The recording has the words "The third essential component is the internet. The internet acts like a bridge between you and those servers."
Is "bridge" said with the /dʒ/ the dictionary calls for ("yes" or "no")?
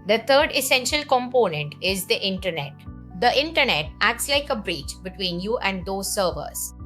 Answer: no